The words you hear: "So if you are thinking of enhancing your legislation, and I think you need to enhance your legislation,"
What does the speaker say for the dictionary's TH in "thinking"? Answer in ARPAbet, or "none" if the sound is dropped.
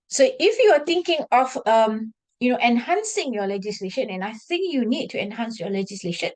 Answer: T